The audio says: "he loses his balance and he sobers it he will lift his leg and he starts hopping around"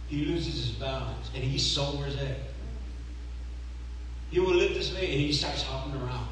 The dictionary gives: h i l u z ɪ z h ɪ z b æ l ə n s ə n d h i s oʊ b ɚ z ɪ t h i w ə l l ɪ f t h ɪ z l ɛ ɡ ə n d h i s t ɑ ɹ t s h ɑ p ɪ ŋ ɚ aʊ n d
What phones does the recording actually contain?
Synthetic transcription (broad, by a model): h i l u z ɪ z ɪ z b æ l ə n s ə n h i s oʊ ɚ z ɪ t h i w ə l l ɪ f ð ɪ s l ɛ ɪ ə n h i s t ɑ ɹ t s h ɑ p ɪ ŋ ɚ aʊ n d